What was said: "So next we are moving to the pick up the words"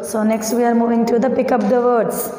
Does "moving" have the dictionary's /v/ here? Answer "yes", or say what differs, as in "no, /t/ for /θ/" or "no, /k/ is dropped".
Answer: yes